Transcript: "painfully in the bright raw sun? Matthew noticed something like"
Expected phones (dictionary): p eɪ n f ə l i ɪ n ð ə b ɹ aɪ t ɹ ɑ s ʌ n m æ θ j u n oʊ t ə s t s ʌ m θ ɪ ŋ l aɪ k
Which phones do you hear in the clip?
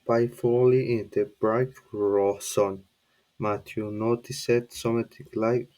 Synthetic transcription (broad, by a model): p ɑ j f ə l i ɪ n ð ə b ɹ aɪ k ɹ ɑ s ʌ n m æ t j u n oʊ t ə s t s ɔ m t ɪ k l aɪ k